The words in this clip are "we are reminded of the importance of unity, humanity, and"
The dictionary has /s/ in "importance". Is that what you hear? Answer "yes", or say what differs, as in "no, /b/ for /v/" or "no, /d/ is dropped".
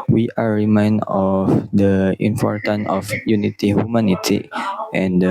no, /s/ is dropped